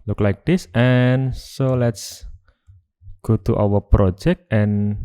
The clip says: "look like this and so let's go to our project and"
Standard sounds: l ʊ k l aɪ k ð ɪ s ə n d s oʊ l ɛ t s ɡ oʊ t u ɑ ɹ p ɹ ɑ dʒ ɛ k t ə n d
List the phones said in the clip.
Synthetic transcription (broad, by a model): l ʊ k l aɪ k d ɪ s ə n s oʊ l ɛ t s ɡ oʊ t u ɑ w p ɹ ɑ dʒ ɛ k t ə n